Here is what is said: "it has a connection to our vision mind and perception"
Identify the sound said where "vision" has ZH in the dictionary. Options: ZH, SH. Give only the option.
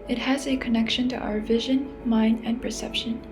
ZH